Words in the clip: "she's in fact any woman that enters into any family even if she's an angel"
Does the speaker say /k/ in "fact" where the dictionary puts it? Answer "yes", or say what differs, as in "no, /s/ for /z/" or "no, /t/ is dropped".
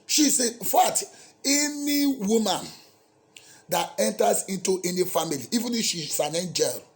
no, /k/ is dropped